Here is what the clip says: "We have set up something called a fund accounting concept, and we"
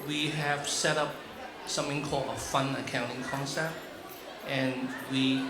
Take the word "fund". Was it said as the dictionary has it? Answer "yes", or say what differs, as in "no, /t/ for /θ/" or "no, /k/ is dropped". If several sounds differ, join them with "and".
no, /d/ is dropped